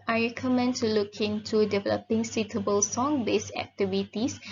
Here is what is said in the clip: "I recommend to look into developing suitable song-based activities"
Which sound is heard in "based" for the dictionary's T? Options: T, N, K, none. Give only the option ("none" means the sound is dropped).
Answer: none